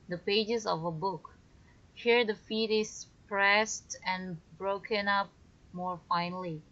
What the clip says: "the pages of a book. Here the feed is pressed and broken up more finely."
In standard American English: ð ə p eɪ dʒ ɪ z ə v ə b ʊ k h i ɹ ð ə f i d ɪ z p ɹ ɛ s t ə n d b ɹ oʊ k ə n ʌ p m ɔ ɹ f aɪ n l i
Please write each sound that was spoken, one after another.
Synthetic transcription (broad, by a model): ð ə p eɪ dʒ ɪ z ə v ə b ʊ k h i ɹ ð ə f i d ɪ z p ɹ ɛ s t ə n b ɹ oʊ k ə n ʌ p m ɔ ɹ f aɪ n l i